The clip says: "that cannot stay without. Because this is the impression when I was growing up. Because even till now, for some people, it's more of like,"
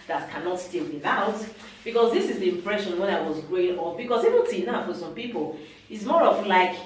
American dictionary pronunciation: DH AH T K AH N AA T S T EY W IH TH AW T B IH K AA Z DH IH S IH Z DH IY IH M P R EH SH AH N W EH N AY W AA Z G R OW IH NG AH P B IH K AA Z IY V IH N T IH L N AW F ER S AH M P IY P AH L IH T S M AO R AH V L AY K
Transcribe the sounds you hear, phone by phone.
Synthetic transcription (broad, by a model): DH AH T K AH N AA T S T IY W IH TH AW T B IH K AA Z DH IH S IH Z DH IY IH M P R EH SH AH N W EH N AY W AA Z G R OW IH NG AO F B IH K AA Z IY V IH N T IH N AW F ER S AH M P IY P AH L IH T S M AO R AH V L AY K